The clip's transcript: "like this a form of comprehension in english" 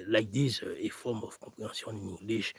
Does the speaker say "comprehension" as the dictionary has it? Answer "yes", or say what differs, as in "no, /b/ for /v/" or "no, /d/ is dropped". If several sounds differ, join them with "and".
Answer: no, /m/ is dropped